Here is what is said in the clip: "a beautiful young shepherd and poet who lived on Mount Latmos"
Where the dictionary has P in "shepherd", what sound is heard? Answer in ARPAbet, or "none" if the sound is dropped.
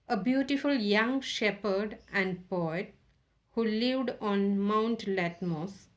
P